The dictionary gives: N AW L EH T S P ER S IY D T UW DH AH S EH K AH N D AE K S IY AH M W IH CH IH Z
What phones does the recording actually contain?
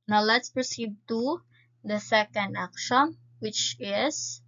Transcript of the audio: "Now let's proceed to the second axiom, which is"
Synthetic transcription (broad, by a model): N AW L EH T S P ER S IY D T UW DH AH S EH K AH N D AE K SH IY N W IH CH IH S